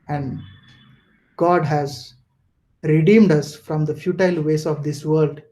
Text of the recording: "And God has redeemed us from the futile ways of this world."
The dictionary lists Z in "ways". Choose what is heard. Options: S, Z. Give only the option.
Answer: S